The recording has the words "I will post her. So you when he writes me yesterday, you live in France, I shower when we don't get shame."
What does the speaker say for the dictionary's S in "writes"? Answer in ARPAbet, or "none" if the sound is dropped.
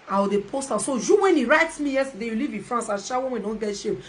S